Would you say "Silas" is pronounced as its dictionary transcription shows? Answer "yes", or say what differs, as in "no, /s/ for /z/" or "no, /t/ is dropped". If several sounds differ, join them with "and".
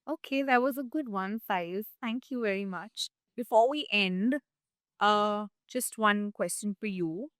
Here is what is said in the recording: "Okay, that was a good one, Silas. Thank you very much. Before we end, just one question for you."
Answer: no, /l/ is dropped